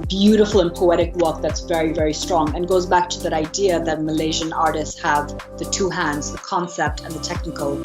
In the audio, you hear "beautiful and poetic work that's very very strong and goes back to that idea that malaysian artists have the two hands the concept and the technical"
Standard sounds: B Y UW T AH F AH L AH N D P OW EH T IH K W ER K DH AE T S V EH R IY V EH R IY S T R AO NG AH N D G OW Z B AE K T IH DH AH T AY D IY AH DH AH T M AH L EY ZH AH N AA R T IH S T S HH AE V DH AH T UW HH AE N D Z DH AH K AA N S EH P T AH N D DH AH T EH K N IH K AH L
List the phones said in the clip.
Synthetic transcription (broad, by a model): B Y UW T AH F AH L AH N P OW EH T IH K W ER K DH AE T S V EH R IY V EH R IY S T R AO NG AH N G OW Z B AE K T IH DH AH T AY D IY AH DH AH T M AH L EY ZH AH N AA R T IH S T S HH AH V DH AH T UW HH AE N D Z DH AH K AA N S EH P T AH N DH AH T EH K N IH K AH L